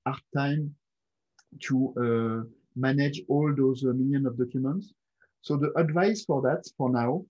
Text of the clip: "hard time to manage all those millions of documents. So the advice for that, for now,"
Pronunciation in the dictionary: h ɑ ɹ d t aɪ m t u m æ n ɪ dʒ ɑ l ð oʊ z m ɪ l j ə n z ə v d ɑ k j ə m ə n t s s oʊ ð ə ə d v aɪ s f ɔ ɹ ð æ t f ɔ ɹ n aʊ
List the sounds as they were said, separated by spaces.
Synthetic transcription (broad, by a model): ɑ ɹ t aɪ m t u m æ n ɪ dʒ ɑ l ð oʊ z m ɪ l j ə n ə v d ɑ k j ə m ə n t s s oʊ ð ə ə d v aɪ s f ɔ ɹ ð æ t f ɔ ɹ n aʊ